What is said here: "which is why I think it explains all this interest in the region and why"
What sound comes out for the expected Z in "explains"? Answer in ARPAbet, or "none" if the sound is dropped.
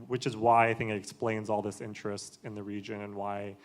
Z